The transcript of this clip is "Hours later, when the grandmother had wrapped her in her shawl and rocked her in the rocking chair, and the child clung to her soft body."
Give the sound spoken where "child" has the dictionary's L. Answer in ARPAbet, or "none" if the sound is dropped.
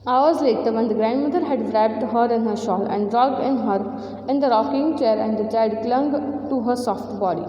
none